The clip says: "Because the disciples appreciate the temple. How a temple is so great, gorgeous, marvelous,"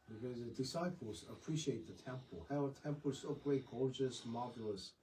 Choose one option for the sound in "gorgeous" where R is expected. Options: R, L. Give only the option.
R